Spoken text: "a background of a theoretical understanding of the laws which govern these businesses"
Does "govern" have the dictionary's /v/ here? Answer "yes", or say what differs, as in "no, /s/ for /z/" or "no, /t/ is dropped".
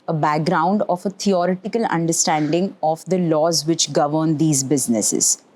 yes